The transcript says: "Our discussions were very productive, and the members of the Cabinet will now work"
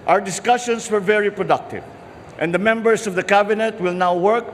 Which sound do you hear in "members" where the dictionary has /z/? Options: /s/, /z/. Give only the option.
/s/